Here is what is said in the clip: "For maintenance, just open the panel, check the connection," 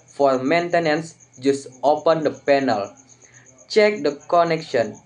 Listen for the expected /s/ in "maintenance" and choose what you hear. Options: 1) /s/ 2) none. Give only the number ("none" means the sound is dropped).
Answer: 1